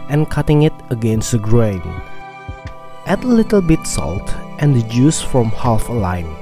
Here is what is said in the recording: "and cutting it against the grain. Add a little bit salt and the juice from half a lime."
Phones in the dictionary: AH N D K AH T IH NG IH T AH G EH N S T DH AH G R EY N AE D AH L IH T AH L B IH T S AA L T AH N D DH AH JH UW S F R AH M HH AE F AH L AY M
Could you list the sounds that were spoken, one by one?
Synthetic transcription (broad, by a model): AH N K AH T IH NG IH T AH G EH N S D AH G R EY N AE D AH L IH T AH L B IH T S AA L T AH N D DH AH JH UW S F R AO M HH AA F AH L AY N